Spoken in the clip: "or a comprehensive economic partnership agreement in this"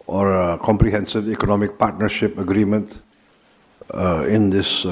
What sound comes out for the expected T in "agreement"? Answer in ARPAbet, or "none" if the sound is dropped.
T